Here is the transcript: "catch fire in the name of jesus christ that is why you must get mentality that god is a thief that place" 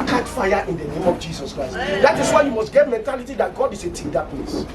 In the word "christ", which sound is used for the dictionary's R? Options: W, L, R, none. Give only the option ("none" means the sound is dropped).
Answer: R